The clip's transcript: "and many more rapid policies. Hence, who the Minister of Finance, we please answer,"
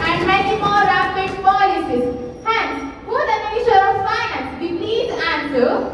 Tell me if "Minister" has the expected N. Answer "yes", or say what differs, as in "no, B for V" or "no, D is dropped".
no, N is dropped